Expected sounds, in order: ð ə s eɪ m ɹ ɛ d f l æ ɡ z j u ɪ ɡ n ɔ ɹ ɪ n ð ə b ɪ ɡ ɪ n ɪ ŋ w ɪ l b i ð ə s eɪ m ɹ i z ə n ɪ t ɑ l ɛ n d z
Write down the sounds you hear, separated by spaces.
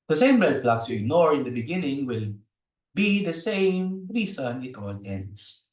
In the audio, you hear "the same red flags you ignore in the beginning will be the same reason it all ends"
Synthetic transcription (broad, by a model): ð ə s eɪ m l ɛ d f l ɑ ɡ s j u ɪ ɡ n ɔ ɹ ɪ n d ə b ɪ ɡ ɪ n ɪ ŋ w ɪ l b i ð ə s eɪ m ɹ i s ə n ɪ t ɑ l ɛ n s